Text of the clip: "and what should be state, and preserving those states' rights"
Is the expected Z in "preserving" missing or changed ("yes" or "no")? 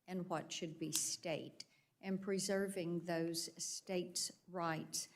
no